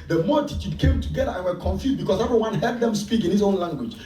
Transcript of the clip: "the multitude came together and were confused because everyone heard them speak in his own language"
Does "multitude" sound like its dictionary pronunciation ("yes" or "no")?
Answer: no